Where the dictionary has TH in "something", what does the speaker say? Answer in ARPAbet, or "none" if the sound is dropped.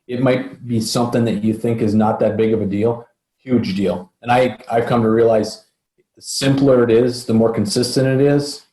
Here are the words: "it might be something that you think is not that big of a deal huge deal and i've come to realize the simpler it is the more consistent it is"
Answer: TH